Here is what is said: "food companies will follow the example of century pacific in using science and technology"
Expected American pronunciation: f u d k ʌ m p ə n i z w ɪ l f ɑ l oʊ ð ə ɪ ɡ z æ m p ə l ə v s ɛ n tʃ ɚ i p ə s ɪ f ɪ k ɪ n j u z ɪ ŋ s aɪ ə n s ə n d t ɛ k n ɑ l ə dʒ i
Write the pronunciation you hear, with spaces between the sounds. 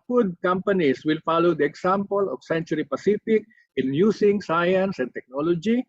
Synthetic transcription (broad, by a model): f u d k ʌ m p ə n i s w ɪ l f ɑ l oʊ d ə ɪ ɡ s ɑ m p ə l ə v s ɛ n tʃ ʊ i p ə s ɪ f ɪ k ɪ n j u s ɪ ŋ s aɪ ə n s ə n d t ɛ k n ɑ l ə dʒ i